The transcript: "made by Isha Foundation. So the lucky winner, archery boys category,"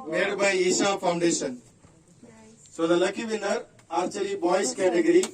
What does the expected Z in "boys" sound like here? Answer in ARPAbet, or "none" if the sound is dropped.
S